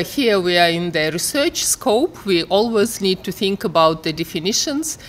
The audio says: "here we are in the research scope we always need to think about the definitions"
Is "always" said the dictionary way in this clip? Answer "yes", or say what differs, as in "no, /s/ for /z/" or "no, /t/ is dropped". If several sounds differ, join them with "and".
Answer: yes